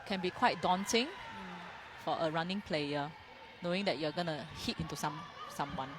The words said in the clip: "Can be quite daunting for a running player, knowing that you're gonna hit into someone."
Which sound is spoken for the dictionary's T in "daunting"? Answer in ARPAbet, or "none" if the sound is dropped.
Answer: S